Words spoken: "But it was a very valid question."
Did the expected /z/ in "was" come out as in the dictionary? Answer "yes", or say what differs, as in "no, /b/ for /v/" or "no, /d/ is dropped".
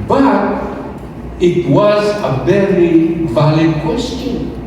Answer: yes